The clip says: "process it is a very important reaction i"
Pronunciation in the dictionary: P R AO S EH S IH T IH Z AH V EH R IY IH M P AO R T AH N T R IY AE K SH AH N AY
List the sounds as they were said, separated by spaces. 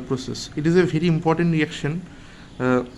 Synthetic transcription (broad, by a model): P R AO S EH S IH T IH Z AH V EH R IY IH M P AO R T AH N T R IY AE K SH AH N